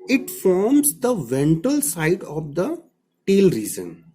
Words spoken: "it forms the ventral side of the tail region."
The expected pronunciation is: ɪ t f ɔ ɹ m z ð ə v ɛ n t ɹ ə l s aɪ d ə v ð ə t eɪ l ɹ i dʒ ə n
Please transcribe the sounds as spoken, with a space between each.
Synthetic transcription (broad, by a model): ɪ t f ɔ ɹ m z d ə v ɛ n t ə l s aɪ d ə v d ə t eɪ l ɹ i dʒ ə n